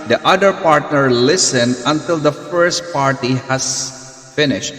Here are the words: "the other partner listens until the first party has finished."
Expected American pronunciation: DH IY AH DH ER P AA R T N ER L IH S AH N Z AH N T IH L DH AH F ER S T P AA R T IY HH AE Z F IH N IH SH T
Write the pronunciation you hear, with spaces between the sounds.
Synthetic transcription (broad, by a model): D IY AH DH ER P AA R T N ER L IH S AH N AH N T IH L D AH F ER S T P AA R T IY HH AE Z F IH N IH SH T